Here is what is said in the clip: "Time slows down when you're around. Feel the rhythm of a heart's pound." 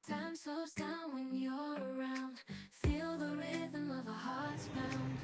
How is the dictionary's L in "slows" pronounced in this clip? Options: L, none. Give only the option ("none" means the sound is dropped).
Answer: none